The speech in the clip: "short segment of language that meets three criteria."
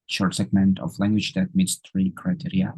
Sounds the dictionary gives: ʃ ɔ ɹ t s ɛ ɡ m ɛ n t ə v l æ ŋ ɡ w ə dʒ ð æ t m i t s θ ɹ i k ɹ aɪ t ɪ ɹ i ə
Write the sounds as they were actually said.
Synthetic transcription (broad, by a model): ʃ ɔ ɹ t s ɛ ɡ m ɛ n t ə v l æ ŋ ɡ w ə dʒ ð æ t m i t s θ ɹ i k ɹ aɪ t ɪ ɹ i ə